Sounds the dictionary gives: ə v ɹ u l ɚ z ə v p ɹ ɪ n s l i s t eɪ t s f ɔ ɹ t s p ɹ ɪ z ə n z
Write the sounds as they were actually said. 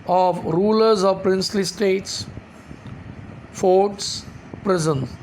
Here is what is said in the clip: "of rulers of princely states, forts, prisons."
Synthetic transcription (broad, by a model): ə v ɹ u l ɚ z ə v p ɹ ɪ n s l i s t eɪ t s f ɔ ɹ t s p ɹ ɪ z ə n